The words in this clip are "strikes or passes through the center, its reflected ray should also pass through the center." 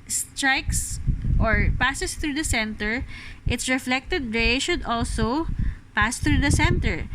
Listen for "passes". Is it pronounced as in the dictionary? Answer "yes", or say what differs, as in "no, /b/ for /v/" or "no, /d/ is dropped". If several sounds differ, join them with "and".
no, /s/ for /z/